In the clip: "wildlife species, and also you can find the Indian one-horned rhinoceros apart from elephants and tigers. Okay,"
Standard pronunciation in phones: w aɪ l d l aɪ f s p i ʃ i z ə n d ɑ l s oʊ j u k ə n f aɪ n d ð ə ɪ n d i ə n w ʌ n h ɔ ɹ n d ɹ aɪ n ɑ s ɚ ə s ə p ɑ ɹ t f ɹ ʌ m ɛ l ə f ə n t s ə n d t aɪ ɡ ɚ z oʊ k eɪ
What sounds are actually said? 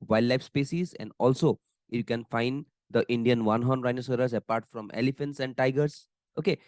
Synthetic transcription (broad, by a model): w aɪ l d l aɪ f s p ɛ s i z ə n d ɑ l s oʊ j u k ə n f aɪ n d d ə ɪ n d i ə n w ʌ n h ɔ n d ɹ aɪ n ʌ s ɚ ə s ə p ɑ ɹ t f ɹ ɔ m ɛ l ə f ə n t s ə n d t aɪ ɡ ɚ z oʊ k eɪ